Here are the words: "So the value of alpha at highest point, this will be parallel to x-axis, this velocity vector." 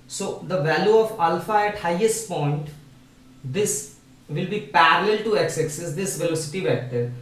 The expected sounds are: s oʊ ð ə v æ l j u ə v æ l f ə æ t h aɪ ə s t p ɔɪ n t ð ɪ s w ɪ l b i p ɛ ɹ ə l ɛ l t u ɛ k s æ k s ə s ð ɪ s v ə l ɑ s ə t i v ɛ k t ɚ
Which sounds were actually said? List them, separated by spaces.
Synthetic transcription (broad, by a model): s oʊ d ə v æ l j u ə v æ l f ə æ t h aɪ ə s t p ɔɪ n t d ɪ s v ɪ l b i p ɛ ɹ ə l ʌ l t u ɛ k s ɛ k s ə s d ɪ s v ə l ɑ s ə t i v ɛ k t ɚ